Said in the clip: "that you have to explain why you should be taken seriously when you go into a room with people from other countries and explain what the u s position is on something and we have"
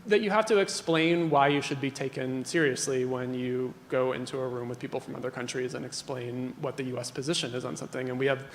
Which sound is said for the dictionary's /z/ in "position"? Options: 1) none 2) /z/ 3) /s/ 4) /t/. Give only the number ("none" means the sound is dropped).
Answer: 2